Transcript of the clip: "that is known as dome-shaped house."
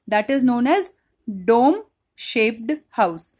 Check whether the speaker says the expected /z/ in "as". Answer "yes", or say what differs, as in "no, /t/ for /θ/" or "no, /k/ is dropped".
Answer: yes